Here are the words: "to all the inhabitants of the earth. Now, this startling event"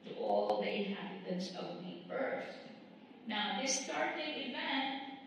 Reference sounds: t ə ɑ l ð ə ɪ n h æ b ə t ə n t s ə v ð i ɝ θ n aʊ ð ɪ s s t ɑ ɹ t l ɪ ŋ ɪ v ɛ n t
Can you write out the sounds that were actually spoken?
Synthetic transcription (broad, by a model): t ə ɑ l ð ə ɪ h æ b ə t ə n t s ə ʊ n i ɝ s n aʊ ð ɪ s s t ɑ ɹ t ɪ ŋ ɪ v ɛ n t